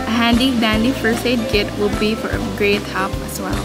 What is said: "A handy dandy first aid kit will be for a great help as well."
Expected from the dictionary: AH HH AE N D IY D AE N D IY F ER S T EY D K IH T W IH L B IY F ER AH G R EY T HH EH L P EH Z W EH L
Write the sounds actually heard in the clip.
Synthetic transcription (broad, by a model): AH HH AE N D IY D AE N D IY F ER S EY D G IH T W IH L B IY F ER AH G R EY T HH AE P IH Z W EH L